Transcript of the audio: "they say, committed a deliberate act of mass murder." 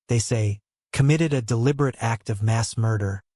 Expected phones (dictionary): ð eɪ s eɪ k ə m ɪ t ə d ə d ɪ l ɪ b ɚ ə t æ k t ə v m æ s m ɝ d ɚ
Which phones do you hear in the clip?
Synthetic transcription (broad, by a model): ð eɪ s eɪ k ə m ɪ t ə d ə d ɪ l ɪ b ɚ ə t æ k t ə v m æ s m ɝ d ɚ